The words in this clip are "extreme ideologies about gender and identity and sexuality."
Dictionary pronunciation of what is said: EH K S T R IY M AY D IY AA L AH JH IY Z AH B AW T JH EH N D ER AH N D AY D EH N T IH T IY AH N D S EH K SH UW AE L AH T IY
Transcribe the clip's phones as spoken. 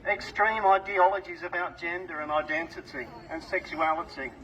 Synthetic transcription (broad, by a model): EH K S T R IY M AY D IY AA L AH JH IY Z AH B AW T JH EH N D ER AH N AY D EH N T IH T IY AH N S EH K SH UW AE L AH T IY